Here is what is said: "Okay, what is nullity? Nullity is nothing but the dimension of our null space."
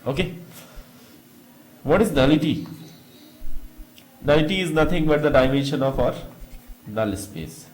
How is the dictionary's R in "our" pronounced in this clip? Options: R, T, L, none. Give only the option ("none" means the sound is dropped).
R